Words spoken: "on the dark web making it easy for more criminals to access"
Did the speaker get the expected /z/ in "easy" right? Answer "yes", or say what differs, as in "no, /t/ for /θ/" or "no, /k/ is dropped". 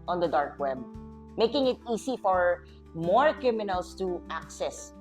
no, /s/ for /z/